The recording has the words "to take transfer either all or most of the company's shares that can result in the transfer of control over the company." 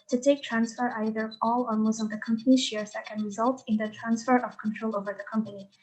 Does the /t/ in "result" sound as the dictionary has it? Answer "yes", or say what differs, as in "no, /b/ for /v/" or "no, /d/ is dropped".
yes